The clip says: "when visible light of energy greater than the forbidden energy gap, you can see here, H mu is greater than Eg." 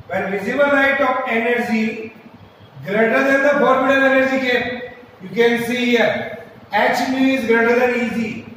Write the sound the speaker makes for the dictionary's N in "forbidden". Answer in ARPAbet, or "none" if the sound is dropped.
L